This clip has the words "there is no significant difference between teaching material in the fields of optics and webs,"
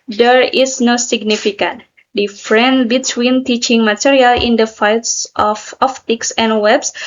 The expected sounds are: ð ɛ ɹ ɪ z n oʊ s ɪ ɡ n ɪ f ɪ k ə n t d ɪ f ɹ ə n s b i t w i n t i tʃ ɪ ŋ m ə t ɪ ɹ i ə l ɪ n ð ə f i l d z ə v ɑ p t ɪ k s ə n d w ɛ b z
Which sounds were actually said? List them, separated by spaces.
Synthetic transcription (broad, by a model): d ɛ ɹ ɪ s n oʊ s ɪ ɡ n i f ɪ k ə n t d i f ɹ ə n b i t w i n t i tʃ ɪ ŋ m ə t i ɹ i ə l ɪ n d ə f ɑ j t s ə f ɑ f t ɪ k s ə n w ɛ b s